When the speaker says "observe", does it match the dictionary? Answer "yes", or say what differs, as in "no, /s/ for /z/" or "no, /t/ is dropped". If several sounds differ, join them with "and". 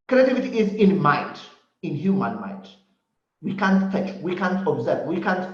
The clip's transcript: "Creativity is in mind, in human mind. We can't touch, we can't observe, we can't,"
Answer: yes